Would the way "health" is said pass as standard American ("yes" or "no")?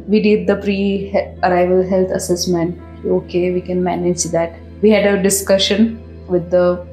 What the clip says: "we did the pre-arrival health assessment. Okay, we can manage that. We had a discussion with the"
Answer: no